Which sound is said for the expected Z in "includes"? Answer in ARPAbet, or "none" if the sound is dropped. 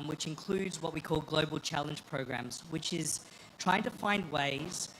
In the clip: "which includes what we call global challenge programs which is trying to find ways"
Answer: Z